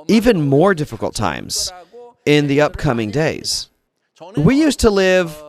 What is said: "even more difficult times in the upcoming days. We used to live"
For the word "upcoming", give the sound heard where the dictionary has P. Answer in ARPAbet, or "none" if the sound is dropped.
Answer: P